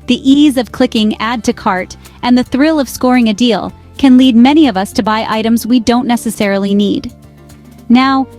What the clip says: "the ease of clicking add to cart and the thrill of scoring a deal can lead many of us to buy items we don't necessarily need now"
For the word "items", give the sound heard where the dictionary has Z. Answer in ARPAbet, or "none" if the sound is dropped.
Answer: Z